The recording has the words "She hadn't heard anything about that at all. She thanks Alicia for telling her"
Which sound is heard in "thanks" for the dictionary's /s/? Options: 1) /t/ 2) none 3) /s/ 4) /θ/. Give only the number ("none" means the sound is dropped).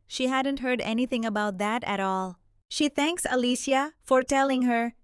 3